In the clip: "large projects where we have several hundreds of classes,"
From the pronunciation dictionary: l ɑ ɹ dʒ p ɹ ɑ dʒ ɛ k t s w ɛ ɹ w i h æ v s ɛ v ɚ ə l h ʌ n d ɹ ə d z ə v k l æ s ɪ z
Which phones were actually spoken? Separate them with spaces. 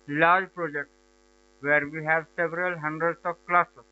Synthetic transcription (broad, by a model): l ɑ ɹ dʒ p ɹ ɑ dʒ ɛ k t s w ɛ ɹ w i h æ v s ɛ v ɚ ə l h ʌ n d ɹ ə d s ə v k l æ s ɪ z